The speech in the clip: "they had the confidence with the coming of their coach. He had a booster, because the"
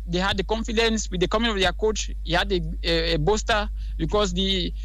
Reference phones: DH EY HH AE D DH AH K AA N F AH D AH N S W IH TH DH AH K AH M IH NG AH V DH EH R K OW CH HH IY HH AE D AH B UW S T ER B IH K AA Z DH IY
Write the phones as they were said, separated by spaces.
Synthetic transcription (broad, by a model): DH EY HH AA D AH K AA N F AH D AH N S W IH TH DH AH K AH M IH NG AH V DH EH K OW CH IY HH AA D AH B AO S T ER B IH K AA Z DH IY